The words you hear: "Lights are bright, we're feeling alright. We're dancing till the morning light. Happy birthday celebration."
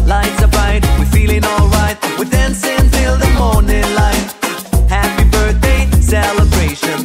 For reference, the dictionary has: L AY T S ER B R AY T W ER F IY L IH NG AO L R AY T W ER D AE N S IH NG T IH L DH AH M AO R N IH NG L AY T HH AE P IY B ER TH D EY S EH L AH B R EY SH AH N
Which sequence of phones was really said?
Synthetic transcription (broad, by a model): L AY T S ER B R AY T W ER F IY L IH NG AO L R AY T W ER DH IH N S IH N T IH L DH AH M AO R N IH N L AY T HH AE P IY B ER TH D EY S EH L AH B R EY SH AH N